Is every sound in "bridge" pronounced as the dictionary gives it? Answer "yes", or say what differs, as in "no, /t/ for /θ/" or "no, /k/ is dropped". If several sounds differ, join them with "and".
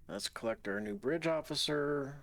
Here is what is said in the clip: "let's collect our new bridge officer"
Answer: yes